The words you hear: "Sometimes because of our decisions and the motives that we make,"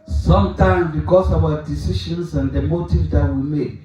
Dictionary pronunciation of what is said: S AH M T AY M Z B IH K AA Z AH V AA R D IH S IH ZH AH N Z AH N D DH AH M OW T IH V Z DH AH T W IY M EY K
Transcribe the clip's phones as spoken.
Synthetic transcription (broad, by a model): S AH M T AY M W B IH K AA S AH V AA D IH S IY SH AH N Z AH N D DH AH M OW T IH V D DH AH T W IY M EY K